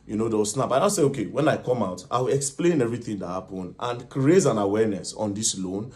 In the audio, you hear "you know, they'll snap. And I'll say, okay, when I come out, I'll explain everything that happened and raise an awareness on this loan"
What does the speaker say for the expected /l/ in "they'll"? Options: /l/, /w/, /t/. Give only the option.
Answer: /w/